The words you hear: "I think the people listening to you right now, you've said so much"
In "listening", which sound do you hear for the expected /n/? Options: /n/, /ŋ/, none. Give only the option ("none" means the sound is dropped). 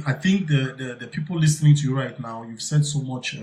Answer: /n/